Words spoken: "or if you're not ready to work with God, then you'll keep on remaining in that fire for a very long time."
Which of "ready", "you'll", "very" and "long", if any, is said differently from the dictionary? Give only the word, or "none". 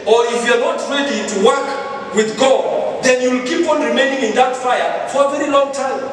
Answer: none